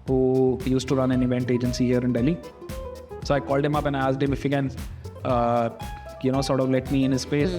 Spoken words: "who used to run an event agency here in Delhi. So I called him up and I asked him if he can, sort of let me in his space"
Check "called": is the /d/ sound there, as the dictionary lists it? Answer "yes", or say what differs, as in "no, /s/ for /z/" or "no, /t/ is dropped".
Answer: yes